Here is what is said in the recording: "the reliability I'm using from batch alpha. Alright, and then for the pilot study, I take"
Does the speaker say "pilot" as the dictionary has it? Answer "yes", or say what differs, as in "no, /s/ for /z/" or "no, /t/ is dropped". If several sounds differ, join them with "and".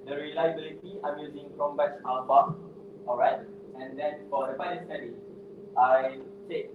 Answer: no, /n/ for /l/